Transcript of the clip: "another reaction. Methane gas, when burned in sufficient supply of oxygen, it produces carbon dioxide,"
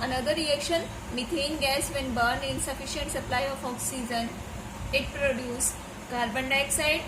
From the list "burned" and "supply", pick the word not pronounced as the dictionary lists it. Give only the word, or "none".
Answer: none